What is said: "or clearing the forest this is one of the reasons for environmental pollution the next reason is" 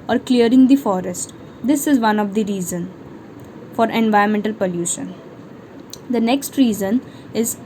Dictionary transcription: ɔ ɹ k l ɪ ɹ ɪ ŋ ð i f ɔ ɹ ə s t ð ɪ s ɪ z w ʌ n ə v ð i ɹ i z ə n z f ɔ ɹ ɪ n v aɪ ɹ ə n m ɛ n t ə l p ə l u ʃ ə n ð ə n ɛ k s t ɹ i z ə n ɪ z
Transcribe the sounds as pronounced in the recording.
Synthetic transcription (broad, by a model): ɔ ɹ k l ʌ ɹ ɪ ŋ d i f ɔ ɹ ə s t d ɪ s ɪ z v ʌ n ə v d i ɹ i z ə n f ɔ ɹ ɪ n v aɪ ə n m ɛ n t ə l p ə l u ʃ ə n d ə n ɛ k s t ɹ i z ə n ɪ z